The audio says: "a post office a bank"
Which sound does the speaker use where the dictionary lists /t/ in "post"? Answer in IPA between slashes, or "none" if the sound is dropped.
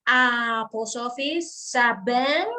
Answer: none